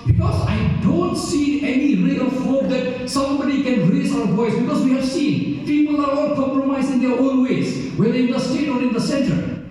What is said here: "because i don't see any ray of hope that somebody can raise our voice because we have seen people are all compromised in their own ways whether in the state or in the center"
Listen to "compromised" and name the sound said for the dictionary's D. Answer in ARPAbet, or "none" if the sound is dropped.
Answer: none